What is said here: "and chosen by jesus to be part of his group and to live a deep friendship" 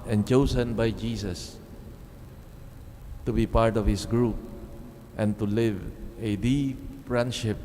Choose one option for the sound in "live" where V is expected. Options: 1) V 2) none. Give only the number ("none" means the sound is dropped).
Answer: 1